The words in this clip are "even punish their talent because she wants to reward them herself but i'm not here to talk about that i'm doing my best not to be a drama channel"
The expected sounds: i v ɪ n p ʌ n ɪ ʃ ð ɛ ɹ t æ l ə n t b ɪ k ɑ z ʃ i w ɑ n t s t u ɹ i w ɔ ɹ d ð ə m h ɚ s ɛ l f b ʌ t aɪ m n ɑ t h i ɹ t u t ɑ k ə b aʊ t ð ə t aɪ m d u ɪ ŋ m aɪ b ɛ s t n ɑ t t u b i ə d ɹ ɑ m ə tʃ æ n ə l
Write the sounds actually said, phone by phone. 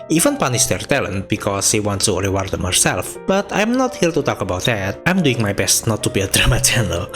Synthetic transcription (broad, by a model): i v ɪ n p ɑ n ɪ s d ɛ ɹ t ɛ l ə n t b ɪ k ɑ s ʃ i w ɑ n t s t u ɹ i w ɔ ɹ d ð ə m h ɚ s ɛ l f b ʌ t aɪ m n ɑ t h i l t u t ɑ k ə b aʊ t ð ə t aɪ m d u ɪ ŋ m aɪ b ɛ s t n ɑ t t u b i ə d ɹ ɑ m ə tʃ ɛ n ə l